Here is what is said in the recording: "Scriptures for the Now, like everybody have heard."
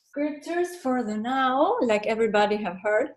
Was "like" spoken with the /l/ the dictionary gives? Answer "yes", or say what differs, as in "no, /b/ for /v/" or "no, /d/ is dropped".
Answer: yes